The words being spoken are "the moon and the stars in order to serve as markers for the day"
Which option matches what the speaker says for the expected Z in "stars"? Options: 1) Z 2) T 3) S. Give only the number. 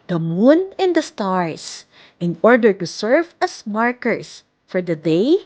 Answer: 3